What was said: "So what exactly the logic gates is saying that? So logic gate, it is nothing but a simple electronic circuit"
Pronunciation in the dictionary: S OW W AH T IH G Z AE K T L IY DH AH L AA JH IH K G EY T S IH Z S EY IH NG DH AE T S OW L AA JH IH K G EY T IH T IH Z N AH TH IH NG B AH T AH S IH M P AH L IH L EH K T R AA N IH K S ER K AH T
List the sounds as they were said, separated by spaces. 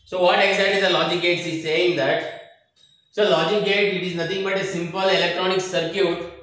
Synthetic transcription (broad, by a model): S OW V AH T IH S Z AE T IY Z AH L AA JH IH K G EY T S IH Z S EY IH NG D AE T S OW L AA JH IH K G EY T IH T IH Z N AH T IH NG B AH T AH S IH M P AH L IH L EH K T R AA N IH K S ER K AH T